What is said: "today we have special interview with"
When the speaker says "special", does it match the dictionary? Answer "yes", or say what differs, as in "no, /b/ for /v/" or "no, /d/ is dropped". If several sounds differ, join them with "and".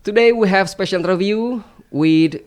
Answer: yes